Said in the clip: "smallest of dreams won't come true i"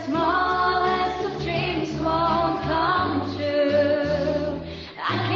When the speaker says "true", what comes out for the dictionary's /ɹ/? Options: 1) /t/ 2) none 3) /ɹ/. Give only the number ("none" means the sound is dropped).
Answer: 2